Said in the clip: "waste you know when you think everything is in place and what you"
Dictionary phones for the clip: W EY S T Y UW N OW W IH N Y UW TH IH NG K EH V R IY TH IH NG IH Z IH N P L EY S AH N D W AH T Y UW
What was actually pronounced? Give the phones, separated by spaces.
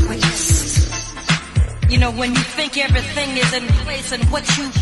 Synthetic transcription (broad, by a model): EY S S Y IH N OW W IH N Y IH TH IH NG K EH V R IY TH IH NG IH Z IH N P L EY S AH N W AH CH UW